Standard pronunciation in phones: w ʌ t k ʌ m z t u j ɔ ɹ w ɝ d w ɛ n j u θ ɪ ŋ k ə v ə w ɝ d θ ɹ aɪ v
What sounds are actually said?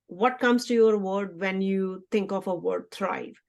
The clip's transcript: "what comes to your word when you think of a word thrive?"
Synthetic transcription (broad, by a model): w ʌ t k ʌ m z t u j ɔ ɹ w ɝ d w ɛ n j u t ɪ ŋ k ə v ə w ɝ d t ɹ aɪ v